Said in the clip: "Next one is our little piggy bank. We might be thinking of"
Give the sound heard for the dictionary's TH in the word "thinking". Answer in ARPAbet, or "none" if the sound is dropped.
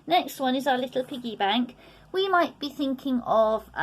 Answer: TH